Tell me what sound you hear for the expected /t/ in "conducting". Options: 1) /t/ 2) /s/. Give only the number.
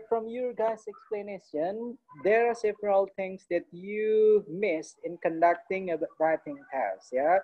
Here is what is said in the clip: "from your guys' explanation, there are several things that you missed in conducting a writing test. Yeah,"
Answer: 1